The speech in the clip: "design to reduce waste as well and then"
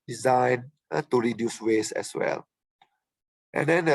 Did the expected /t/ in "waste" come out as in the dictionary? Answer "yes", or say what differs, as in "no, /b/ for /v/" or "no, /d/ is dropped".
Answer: no, /t/ is dropped